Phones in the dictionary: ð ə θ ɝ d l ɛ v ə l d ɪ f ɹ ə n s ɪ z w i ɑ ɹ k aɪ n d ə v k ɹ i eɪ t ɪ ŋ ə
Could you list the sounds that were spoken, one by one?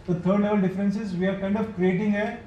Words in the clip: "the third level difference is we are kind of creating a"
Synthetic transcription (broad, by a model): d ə t ɝ d l ɛ v ə l d ɪ f ɹ ə n s ɪ z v i ɑ ɹ k aɪ n d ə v k ɹ i eɪ t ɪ ŋ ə